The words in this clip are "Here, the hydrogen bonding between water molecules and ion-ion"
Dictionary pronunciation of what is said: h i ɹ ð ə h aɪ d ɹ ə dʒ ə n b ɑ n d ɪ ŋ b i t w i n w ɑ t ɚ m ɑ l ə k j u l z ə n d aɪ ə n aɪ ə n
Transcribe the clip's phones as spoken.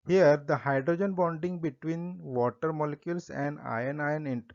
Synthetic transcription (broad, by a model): h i ɹ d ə h aɪ d ɹ ə dʒ ə n b ɑ n d ɪ ŋ b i t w i n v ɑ t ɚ m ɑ l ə k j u l s ə n d aɪ ə n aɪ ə n